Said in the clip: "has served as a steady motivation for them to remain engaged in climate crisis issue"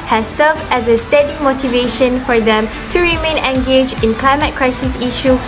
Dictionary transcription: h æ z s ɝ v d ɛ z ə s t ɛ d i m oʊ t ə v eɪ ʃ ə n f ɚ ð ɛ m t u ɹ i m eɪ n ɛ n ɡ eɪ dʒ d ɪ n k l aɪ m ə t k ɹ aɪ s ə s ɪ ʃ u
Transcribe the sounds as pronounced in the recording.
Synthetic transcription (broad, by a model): h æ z s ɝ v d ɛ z ə s t ɛ d i m oʊ t ə v eɪ ʃ ə n f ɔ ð ɛ m t u ɹ i m eɪ n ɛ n ɡ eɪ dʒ ɪ n k l aɪ m ə t k ɹ aɪ s ə s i ʃ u